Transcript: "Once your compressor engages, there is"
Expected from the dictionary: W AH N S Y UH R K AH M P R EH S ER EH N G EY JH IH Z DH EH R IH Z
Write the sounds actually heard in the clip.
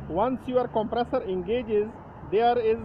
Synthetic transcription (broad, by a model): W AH N S Y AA R K AH M P R EH S ER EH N G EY JH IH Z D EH R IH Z